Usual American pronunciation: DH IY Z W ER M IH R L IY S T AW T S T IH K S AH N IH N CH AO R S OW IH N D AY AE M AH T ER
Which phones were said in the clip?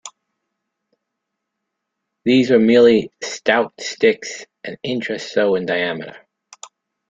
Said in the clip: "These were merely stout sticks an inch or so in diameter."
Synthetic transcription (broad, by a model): DH IY Z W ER M IH R L IY S T AW T S T IH K S AH N IH N CH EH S S OW IH N D AY AE M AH T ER